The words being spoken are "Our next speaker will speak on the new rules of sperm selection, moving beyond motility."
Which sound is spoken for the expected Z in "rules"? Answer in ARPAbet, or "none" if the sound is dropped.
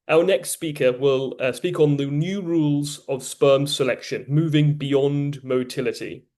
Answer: Z